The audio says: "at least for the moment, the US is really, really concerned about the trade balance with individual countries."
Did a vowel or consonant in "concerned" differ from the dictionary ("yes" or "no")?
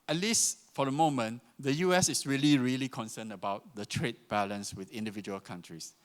yes